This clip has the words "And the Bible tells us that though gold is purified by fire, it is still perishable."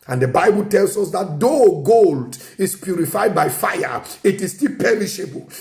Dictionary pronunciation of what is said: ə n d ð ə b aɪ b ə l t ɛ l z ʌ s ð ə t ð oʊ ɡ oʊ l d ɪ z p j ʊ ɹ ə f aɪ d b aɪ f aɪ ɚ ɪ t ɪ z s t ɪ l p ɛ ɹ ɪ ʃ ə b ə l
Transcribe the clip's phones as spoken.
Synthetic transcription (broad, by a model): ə n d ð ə b aɪ b ə l t ɛ l s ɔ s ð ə t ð oʊ ɡ oʊ l d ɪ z p j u ɹ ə f aɪ d b aɪ f aɪ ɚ ɪ t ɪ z s t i l p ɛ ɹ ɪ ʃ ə b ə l